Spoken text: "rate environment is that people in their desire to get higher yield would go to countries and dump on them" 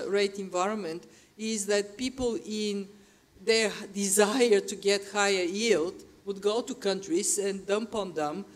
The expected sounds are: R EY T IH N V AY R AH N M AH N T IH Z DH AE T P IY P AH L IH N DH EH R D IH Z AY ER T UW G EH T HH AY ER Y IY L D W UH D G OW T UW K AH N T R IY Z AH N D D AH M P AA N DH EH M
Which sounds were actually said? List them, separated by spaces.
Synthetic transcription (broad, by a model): R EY T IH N V AY R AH N M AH N T IH Z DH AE T P IY P AH L IH N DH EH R D IH Z AY ER T UW G EH T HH AY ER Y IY L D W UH D G OW T UW K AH N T R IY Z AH N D D AH M P AA N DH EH M